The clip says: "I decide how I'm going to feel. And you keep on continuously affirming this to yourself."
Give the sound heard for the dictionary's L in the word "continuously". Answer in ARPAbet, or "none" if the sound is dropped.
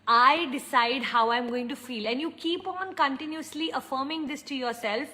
L